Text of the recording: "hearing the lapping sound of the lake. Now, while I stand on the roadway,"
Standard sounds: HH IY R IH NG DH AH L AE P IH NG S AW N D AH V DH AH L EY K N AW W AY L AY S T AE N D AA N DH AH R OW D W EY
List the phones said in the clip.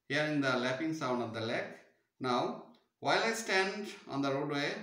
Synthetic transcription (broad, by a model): HH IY R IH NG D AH L AE P IH NG S AW N D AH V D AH L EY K N AW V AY L AY S T AE N D AA N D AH R OW D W EY